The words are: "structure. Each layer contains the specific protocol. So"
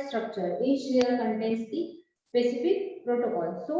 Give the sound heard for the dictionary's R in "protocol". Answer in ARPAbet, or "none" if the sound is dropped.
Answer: R